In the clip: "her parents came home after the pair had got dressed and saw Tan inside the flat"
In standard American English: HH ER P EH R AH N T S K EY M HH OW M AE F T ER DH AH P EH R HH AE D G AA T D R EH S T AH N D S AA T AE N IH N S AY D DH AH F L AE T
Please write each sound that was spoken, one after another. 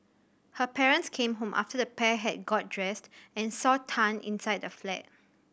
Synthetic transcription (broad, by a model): HH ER P EH R AH N T S K EY M HH OW M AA F T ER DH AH P EH HH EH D G AA T D R EH S T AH N S AA T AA N IH N S AY D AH F L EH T